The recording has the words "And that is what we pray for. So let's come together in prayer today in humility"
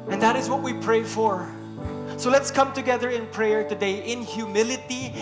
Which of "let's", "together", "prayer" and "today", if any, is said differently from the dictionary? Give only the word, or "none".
none